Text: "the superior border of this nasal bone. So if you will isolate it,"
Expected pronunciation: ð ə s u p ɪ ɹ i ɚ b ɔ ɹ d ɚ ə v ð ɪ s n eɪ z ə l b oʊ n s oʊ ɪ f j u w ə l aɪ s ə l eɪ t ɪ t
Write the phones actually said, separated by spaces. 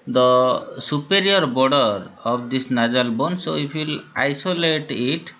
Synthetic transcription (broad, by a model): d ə s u p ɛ ɹ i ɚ b ɔ ɹ d ɚ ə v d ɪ s n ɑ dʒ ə l b oʊ n s oʊ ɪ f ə l aɪ s ə l eɪ t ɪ t